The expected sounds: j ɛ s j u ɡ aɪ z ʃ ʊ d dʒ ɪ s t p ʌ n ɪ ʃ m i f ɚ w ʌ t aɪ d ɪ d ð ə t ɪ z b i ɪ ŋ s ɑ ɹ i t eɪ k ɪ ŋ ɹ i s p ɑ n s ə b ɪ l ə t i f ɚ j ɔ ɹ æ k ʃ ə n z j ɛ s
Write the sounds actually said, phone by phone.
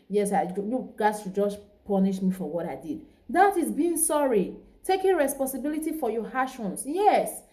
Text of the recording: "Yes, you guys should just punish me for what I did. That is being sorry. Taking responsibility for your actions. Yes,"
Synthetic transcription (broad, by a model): j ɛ s j u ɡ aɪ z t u dʒ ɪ s p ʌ n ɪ ʃ m i f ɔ w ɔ t aɪ d ɪ d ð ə t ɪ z b i ɪ ŋ s ɑ ɹ i t eɪ k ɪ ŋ ɹ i s p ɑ n s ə b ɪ l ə t i f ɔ j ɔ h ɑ ʃ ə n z j ɛ s